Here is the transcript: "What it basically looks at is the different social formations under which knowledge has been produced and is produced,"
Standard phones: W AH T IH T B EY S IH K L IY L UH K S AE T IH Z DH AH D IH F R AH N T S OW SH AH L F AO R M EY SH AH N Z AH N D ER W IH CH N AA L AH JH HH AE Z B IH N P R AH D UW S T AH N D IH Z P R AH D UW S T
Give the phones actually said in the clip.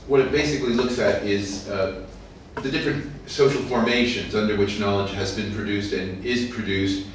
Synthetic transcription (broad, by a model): W AH T IH T B EY S IH K L IY L UH K S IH T IH Z DH AH D IH F R AH N T S OW SH L F AO R M EY SH AH N Z AH N D ER W IH CH N AA L AH JH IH Z B IH N P R AH D UW S T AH N IH Z P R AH D UW S T